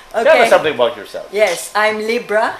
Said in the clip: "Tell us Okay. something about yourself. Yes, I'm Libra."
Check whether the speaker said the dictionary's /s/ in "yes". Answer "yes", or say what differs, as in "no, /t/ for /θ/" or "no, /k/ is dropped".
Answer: yes